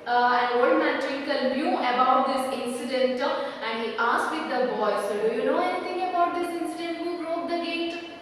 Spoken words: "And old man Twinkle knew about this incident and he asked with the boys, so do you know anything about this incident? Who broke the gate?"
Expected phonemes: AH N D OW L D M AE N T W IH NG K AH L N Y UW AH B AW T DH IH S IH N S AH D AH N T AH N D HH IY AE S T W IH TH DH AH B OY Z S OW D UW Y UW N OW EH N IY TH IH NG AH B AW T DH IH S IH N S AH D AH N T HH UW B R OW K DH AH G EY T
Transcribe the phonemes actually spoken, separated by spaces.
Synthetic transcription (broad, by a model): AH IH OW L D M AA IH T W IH K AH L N Y UW AH B AW T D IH S IH N S AH D AH N T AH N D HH IY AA S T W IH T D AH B OY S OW D UW Y UW N OW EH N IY T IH NG AH B AW T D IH S IH N S AH D AH N T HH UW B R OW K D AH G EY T